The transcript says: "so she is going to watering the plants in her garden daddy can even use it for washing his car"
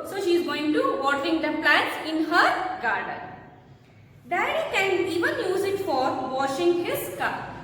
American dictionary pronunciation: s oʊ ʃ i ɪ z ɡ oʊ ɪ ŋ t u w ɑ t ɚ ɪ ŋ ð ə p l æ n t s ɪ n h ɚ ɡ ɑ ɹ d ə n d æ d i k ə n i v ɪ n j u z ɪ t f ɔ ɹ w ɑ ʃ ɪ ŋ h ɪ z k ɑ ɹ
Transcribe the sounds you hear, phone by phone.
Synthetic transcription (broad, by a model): s oʊ ʃ i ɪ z ɡ oʊ ɪ ŋ t u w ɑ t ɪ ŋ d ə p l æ t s ɪ n h ɚ ɡ ɑ ɹ d ə n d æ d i k ə n i v ɪ n j u z ɪ t f ɔ ɹ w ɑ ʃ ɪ ŋ h ɪ z k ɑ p